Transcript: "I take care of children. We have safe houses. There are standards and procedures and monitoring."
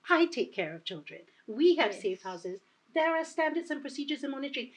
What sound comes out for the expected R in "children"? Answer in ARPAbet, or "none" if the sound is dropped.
R